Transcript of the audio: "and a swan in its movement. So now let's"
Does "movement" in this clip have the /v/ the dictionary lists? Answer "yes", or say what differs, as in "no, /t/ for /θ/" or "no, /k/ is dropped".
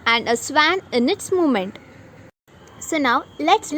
no, /v/ is dropped